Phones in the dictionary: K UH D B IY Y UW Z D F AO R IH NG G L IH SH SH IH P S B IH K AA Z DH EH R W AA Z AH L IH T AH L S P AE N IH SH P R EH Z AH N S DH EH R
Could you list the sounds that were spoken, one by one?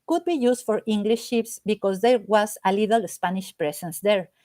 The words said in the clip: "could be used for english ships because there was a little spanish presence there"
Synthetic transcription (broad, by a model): K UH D B IY Y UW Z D F AO R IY NG G L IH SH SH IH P S B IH K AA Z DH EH R W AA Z AH L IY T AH L S P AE N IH SH P R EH S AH N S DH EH R